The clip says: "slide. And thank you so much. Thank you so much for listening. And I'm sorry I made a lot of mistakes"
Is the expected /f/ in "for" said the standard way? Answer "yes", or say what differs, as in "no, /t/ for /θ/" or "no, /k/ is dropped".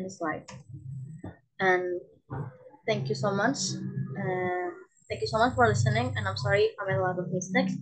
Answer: yes